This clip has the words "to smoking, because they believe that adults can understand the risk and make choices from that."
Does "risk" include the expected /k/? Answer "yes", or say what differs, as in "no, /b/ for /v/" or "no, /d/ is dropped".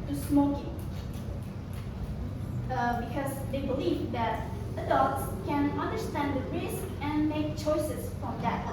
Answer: yes